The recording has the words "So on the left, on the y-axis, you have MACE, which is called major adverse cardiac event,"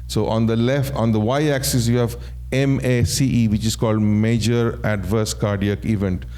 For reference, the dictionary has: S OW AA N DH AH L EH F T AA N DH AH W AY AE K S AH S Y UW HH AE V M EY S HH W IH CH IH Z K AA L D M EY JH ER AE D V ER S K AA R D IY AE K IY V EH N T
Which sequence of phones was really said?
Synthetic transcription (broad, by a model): S OW AA N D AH L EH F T AA N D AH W AY AE K S AH S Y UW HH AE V M EY S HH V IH CH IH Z K AA L D M EY JH ER AE D V ER S K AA R D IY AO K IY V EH N T